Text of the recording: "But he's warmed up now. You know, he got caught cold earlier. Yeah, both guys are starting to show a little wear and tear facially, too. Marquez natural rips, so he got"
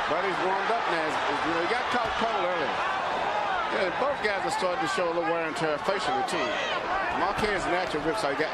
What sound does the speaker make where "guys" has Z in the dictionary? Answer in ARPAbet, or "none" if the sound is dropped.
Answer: Z